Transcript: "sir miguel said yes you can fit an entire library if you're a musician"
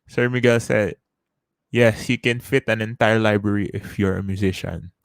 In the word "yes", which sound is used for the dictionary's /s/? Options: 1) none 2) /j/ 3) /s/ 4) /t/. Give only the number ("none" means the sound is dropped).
3